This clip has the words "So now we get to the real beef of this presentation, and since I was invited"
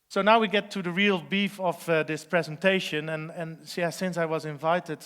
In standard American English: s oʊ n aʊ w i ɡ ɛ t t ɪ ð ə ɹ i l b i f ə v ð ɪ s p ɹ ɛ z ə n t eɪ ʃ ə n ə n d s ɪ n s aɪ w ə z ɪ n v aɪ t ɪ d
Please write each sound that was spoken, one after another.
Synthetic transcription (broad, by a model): s oʊ n aʊ w i ɡ ɛ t t ɪ ð ə ɹ i l b i f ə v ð ɪ s p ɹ ɛ z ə n t eɪ ʃ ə n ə n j s ɪ n s aɪ w ə z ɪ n v aɪ t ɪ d